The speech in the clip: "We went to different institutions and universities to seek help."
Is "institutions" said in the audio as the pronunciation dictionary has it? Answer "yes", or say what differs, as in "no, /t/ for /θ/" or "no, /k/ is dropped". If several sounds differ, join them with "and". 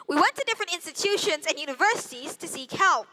yes